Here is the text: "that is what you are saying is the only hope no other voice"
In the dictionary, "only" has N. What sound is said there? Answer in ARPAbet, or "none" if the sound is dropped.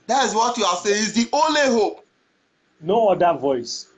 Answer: N